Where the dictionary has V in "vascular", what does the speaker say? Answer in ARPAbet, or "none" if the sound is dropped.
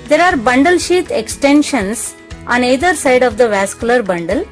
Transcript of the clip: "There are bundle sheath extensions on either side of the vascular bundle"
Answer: V